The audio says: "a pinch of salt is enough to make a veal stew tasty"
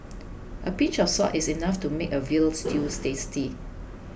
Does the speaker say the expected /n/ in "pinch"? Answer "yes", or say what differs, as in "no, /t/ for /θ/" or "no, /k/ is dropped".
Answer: no, /n/ is dropped